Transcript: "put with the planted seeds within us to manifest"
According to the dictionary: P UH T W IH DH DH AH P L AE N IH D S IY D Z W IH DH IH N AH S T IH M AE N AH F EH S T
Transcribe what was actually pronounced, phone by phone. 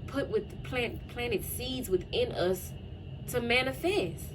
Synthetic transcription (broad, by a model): P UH T W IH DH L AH P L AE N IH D S IY D Z W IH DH IH N AH S T IH M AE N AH F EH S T